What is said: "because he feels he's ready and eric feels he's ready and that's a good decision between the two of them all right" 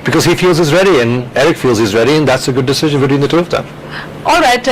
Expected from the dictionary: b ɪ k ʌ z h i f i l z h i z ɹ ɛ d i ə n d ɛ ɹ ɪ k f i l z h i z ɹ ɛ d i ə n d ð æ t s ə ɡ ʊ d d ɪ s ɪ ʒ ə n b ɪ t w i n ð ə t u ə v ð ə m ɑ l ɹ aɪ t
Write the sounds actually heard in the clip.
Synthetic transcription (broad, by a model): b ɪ k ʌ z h i f i l z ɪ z ɹ ɛ d i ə n ɛ ɹ ɪ k f i l z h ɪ z ɹ ɛ d i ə n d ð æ t s ə ɡ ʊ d d ɪ s ɪ ʒ ə n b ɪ t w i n ð ə t u ə v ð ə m ɑ l ɹ aɪ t